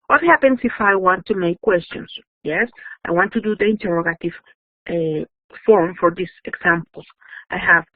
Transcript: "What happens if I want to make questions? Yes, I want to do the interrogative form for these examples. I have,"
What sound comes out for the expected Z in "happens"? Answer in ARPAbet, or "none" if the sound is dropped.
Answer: S